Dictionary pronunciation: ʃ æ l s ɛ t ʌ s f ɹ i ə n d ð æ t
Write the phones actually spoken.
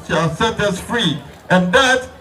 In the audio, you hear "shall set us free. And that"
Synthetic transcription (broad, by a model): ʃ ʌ s ɛ t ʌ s f ɹ i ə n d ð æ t